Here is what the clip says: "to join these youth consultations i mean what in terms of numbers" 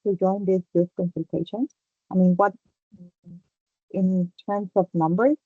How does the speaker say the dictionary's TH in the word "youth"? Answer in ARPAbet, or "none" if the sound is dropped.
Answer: S